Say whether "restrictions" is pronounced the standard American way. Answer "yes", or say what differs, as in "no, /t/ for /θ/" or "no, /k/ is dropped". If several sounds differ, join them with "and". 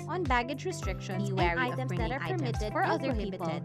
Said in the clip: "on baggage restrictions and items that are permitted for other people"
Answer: no, /z/ is dropped